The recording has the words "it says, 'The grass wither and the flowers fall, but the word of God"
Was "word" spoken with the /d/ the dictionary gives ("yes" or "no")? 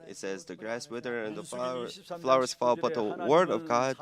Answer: yes